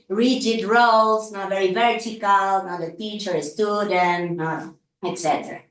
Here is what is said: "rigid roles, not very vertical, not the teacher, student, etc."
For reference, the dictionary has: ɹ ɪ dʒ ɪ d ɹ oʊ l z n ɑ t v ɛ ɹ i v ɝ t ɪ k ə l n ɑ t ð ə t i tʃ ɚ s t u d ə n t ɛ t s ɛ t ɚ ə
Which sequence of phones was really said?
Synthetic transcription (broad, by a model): ɹ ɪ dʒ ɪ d ɹ oʊ l s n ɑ v ɛ ɹ i v ɝ t ɪ k ə l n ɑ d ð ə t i tʃ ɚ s t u d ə n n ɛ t s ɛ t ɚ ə